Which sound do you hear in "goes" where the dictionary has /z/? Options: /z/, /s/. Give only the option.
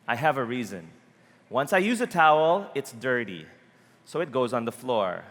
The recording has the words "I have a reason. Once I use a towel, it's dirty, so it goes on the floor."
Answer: /z/